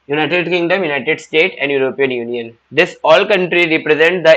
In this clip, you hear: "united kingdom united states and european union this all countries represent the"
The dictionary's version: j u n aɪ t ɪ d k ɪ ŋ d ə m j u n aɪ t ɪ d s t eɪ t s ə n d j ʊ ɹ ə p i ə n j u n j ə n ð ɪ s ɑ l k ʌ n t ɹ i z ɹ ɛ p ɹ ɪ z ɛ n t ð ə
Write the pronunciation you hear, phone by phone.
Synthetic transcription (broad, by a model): j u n aɪ t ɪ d k ɪ ŋ d ə m j u n aɪ t ɪ d s t eɪ t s ə n d j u ɹ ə p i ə n j u n j ə n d ɪ s ɑ l k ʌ n t ɹ i ɹ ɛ p ɹ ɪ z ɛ n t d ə